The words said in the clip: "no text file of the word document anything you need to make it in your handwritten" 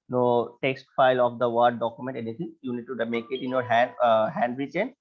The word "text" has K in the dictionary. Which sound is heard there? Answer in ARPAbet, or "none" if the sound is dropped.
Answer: K